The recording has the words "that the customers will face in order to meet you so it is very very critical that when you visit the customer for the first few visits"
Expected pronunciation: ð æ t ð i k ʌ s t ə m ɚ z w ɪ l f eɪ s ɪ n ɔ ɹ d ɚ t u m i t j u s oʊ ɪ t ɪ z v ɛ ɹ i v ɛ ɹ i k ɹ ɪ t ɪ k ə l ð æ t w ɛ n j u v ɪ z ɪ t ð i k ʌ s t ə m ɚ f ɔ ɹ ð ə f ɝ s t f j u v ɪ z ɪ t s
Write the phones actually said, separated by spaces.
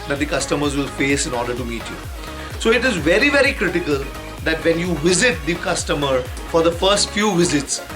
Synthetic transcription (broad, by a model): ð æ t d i k ʌ s t ə m ɚ z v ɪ l f eɪ s ɪ n ɔ ɹ d ɚ t u m i t j u s oʊ ɪ t ɪ z v ɛ ɹ i v ɛ ɹ i k ɹ ɪ t ɪ k ə l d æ t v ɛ n j u v ɪ z ɪ t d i k ʌ s t ə m ɚ f ɔ ɹ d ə f ɝ s t f j u v ɪ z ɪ t s